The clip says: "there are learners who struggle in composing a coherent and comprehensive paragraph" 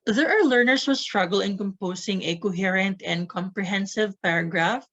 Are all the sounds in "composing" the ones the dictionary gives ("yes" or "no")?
no